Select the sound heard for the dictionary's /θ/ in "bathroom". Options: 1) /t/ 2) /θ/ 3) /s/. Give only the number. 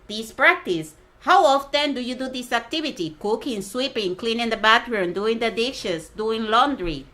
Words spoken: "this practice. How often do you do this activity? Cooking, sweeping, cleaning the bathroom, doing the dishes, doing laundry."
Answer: 1